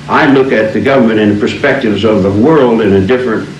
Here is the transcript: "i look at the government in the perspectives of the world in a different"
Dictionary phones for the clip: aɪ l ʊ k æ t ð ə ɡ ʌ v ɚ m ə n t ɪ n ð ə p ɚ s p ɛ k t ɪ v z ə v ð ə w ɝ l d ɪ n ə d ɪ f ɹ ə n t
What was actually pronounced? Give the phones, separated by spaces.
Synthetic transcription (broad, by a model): aɪ l ʊ k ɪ t ð ə ɡ ʌ v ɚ m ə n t ɪ n p ɚ s p ɛ k t ɪ v z ə v ð ə w ɝ l d ɪ n ə d ɪ f ɹ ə n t